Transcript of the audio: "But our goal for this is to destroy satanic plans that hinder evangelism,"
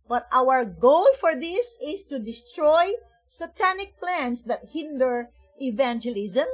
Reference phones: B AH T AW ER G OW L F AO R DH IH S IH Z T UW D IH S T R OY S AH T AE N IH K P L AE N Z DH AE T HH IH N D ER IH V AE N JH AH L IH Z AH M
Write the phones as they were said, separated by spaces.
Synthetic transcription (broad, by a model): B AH T AW ER G OW L F AO R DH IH S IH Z T UW D IH S T R OY S AH T AE N IH K P L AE N S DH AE T HH IH N D ER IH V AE N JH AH L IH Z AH M